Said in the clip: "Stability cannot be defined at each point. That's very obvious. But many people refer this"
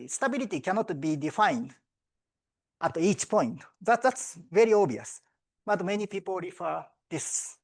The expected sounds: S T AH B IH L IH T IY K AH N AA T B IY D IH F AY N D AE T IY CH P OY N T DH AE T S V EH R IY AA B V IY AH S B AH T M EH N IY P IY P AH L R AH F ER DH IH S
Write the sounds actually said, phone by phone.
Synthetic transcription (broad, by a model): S T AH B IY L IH T IY K AH N AA T B IY D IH F AY N D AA T IY CH P OY N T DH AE T S V EH R IY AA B IY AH S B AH T M EH N IY P IY P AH L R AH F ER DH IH S